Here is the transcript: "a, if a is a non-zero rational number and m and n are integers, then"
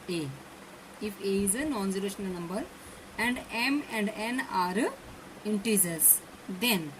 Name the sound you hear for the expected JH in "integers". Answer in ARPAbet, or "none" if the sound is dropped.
Z